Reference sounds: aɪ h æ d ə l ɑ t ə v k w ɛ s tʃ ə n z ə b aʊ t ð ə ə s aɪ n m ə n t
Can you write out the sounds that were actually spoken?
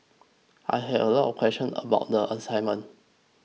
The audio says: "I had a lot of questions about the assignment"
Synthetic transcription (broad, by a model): aɪ h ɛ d ə l ɑ t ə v k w ɛ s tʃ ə n ə b aʊ t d ə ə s aɪ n m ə n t